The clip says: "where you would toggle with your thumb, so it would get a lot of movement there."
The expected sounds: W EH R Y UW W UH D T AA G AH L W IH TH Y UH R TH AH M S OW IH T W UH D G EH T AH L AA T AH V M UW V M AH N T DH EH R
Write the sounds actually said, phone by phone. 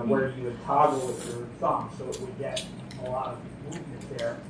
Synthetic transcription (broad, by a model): W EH R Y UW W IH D T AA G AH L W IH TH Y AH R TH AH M S OW IH T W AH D G EH T AH L AA T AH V M UW V M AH N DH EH R